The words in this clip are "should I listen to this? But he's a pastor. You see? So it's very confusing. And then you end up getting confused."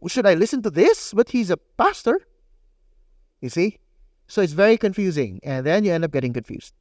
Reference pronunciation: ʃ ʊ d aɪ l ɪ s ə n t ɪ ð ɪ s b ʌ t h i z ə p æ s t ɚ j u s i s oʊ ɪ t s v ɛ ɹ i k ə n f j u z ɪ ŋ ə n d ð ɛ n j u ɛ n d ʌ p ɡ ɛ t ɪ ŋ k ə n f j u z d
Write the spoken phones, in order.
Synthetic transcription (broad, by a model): ʃ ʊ d aɪ l ɪ s ə n t ɪ ð ɪ s b ʌ t h i z ə p æ s t ɚ j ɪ s i s oʊ ɪ t s v ɛ ɹ i k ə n f j u z ɪ ŋ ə n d ð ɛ n j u ɛ n d ʌ p ɡ ɛ t ɪ ŋ k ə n f j u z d